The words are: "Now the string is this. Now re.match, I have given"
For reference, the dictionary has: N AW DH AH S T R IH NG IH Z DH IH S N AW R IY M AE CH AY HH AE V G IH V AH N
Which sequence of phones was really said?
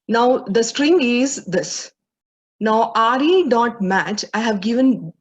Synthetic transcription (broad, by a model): N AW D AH S T R IH NG IH Z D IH S N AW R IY M AE CH AY HH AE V G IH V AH N